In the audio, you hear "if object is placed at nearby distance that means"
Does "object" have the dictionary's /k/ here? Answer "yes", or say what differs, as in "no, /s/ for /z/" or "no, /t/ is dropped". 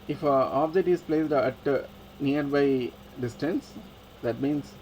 no, /k/ is dropped